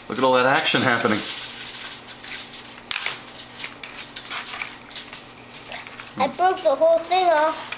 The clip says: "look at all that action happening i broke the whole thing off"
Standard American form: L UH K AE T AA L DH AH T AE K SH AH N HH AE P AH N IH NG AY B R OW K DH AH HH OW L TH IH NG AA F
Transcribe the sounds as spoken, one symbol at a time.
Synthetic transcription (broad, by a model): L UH K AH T AA L DH AH T AE K SH AH N HH AE P AH N IH NG AY B R OW K DH AH HH OW L TH IH NG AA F